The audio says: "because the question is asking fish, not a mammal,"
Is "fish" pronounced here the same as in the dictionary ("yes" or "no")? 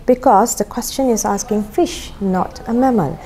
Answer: yes